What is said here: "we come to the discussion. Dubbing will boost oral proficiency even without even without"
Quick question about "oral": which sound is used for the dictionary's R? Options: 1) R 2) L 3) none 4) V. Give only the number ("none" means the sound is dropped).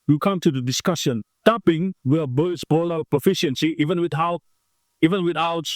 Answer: 2